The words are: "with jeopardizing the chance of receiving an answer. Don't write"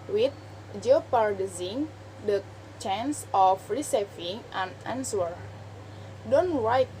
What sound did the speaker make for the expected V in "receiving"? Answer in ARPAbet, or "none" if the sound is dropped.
F